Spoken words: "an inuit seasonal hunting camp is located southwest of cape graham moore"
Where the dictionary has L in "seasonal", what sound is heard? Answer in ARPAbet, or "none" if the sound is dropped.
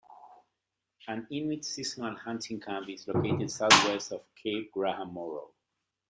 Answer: N